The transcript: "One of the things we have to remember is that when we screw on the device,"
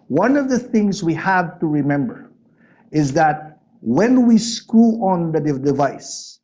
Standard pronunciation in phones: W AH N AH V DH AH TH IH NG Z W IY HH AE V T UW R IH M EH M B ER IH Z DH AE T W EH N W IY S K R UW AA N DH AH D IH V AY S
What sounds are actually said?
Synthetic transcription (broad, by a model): W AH N AH V DH AH TH IH NG Z W IY HH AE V T UW R IH M EH M B ER IH Z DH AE T W EH N W IY S K UW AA N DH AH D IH V AY S